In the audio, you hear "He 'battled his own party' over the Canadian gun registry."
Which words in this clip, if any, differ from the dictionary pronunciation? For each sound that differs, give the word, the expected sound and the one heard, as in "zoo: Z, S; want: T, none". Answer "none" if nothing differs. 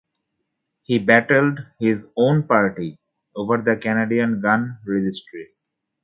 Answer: none